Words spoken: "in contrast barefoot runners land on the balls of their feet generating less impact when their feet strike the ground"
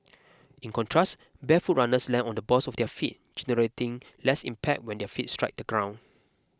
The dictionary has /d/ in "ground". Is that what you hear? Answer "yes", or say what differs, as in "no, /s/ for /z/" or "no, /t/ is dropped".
no, /d/ is dropped